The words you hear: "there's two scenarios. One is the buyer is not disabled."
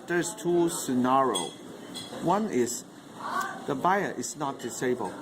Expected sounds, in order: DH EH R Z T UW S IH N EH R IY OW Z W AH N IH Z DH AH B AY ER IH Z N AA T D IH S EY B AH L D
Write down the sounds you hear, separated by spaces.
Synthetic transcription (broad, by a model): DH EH R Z T UW S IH N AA R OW W AH N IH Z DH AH B AY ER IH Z N AA T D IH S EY B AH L